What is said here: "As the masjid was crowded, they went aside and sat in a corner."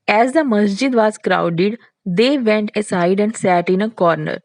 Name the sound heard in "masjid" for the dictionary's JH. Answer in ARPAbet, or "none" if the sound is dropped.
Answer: JH